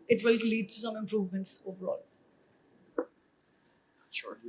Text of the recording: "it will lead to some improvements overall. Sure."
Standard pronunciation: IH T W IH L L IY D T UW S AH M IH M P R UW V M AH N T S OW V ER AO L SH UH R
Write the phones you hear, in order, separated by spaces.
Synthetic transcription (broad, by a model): IH T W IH L L IY D T UW S AH M IH M P R UW V M AH N T S OW V ER AO L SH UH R